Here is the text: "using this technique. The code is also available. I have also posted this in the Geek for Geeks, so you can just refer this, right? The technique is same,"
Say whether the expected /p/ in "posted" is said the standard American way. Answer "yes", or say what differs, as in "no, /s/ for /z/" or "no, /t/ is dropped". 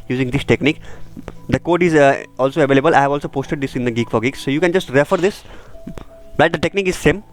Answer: yes